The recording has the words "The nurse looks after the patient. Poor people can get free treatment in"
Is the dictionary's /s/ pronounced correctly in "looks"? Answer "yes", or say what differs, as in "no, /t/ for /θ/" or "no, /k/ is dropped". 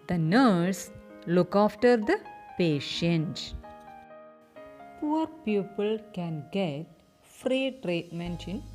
no, /s/ is dropped